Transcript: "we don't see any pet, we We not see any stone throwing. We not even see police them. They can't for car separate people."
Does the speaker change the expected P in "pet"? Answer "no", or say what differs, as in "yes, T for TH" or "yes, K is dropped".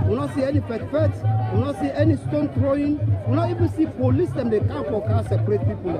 yes, F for P